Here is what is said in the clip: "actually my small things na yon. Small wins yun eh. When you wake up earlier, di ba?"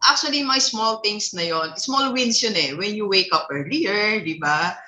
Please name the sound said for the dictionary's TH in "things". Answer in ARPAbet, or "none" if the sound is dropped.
T